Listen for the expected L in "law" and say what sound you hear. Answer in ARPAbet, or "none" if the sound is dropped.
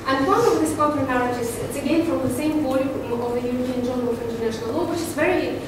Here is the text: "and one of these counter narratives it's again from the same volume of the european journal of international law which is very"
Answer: L